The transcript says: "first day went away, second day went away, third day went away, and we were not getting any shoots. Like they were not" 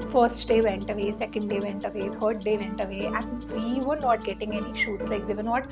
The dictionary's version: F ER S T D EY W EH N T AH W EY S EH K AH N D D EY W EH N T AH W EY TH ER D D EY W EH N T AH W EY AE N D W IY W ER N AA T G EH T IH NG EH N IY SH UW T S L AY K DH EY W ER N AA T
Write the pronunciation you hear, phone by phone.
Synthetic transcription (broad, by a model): F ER S T D EY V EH N T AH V EY S EH K AH N D D EY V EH N T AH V EY T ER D D EY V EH N T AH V EY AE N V IY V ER N AA T G EH T IH NG EH N IY SH UW T S L AY K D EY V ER N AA T